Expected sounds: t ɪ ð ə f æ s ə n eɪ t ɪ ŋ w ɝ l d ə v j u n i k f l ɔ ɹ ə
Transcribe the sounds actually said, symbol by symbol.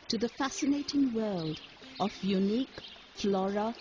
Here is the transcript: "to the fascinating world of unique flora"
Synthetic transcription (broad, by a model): t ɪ ð ə f æ s ə n eɪ t ɪ ŋ w ɝ l d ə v j u n i k f l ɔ ɹ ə